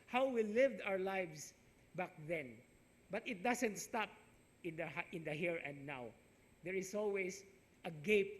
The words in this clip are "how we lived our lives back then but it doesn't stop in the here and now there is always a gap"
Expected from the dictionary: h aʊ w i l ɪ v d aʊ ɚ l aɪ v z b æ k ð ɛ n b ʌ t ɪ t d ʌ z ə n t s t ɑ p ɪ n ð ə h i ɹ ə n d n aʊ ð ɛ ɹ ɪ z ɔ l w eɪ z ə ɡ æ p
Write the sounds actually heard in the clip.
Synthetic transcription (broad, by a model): h aʊ w i l ɪ v d aʊ ɚ l aɪ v s b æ k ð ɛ n b ʌ t ɪ t d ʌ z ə n t s t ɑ p ɪ n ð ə h i ɹ ə n d n aʊ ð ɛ ɹ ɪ s ɔ l w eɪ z ə ɡ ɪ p